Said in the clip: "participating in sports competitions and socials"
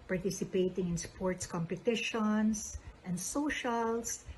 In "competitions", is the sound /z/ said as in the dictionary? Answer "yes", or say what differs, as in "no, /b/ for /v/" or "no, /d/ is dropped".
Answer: no, /s/ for /z/